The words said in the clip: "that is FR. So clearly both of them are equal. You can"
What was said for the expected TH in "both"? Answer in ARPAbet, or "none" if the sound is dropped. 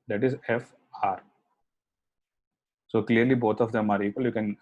T